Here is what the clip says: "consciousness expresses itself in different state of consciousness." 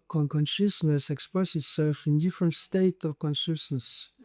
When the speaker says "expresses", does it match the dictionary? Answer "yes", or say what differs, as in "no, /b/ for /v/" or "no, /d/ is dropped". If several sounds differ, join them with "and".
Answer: no, /ɹ/ is dropped